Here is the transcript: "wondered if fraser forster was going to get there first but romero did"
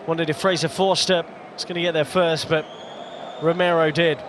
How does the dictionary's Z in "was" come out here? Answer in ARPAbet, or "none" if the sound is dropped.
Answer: S